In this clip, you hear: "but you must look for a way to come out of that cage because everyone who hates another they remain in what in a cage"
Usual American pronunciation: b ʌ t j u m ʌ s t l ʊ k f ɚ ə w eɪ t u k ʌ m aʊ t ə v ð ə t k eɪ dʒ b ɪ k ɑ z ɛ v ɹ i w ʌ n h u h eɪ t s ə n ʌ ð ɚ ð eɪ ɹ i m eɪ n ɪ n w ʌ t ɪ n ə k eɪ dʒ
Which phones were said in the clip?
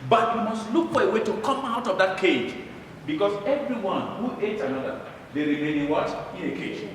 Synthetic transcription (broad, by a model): b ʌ t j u m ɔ s t l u k f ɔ ə w eɪ t u k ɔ m aʊ t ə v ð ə t k eɪ dʒ b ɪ k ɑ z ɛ v ɹ i w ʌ n h u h eɪ t ə n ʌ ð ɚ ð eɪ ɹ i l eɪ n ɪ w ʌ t ɪ n ə k eɪ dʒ